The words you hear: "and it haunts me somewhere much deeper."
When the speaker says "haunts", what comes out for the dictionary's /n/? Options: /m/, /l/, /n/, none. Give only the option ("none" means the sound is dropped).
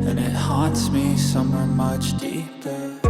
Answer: /n/